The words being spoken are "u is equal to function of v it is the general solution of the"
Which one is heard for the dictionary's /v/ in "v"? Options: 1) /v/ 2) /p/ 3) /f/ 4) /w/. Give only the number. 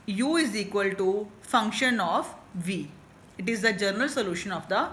1